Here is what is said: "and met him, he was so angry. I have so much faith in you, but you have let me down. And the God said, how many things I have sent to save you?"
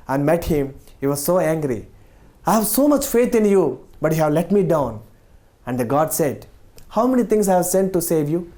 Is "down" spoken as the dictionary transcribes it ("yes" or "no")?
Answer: yes